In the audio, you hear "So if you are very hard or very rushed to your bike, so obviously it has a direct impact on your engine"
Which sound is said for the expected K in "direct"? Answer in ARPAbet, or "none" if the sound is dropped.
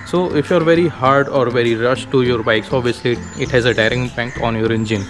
none